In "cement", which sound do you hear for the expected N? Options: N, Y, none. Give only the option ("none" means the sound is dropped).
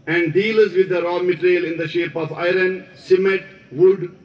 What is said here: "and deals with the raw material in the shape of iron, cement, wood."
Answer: none